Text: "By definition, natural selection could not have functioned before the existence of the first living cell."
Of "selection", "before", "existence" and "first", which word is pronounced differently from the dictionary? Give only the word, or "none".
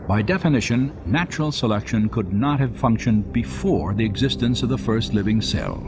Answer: none